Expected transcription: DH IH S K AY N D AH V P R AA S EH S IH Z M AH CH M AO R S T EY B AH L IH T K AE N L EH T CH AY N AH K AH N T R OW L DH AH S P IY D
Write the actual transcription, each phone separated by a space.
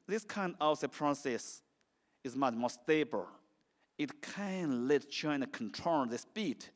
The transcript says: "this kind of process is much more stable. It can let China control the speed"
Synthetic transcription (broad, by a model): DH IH S K AY N D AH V P R AA S EH S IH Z M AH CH M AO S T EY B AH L IH T K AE N L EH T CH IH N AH K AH N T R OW N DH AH S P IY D